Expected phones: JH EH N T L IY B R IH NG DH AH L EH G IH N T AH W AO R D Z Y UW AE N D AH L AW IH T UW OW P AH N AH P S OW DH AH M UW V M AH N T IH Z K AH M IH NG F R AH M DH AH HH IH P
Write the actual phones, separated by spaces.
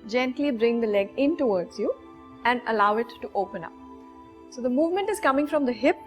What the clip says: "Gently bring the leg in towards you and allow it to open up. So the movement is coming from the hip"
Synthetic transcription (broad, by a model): JH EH N T L IY B R IH NG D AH L EH G IH N T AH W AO R D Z Y UW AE N D AH L AW IH T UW OW P AH N AH P S OW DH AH M UW V M AH N T IH Z K AH M IH NG F R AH M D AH HH IH P